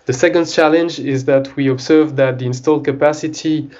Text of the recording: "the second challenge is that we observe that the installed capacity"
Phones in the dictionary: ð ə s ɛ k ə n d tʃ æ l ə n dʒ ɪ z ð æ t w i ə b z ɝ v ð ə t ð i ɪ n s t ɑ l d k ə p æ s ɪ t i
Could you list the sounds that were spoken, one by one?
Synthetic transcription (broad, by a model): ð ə s ɛ k ə n d tʃ æ l ə n dʒ ɪ z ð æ t w i ə b z ɝ v ð ə t ð i ɪ n s t ɑ l d k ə p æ s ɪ t i